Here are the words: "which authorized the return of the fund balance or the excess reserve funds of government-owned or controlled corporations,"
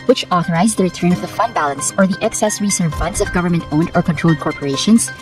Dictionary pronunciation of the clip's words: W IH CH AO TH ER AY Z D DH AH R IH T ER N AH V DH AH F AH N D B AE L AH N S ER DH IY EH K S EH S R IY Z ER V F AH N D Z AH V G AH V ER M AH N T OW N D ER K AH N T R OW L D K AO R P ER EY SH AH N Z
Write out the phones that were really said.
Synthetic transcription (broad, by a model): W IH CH AO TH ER AY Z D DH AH R IH T ER N AH V DH AH F AH N D B AE L AH N S ER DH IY EH K S EH S R IY S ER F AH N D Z AH V G AH V ER M AH N T OW N D ER K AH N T R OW L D K AO R P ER EY SH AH N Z